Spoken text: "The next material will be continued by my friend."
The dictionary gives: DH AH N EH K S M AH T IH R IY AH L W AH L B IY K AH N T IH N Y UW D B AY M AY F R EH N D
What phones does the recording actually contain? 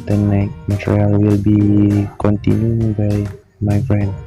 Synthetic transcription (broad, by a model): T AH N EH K M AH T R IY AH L W AH L B IY K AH N T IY N Y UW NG B AY M AY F R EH N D